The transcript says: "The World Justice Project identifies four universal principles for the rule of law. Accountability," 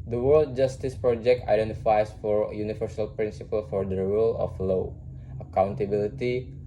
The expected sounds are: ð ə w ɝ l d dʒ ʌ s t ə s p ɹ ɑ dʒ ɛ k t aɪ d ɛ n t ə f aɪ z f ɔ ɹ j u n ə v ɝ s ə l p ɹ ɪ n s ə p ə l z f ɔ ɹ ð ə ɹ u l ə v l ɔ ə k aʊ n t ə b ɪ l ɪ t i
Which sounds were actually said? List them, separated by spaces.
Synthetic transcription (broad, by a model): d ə w ɝ l d dʒ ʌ s t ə s p ɹ ɑ dʒ ɛ k t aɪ d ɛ n t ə f aɪ s f ɔ ɹ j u n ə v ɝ s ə l p ɹ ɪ n s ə p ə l f ɔ ɹ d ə ɹ u l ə f l ɔ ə k aʊ n t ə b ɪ l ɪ t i